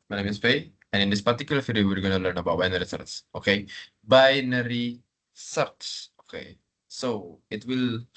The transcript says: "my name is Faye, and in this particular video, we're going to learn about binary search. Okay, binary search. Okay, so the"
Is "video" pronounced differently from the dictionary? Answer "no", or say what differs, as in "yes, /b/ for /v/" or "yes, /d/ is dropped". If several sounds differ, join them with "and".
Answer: yes, /f/ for /v/